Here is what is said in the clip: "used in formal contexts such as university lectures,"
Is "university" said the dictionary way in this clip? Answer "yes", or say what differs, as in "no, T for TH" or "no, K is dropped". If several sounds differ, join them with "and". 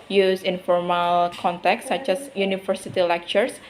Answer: no, F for V